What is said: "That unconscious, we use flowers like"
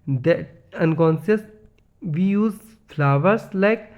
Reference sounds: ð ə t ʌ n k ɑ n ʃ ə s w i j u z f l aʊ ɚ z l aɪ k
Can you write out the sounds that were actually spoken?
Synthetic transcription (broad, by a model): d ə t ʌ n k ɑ n s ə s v i j u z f l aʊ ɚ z l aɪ k